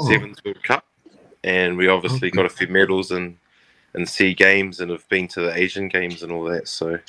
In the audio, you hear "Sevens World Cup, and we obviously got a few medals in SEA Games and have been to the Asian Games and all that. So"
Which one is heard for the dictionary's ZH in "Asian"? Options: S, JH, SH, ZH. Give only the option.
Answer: ZH